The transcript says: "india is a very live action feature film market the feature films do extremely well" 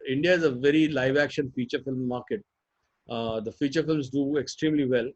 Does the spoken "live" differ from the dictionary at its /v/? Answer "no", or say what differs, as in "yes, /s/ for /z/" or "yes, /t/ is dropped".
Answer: no